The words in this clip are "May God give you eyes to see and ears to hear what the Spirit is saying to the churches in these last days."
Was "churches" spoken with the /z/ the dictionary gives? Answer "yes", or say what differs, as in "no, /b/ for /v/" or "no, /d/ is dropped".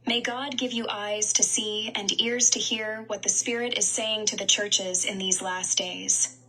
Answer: yes